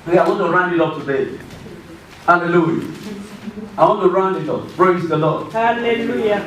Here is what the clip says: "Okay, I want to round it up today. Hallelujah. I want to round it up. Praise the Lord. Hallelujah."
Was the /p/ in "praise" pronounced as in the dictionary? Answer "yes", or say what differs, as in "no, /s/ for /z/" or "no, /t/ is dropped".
no, /b/ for /p/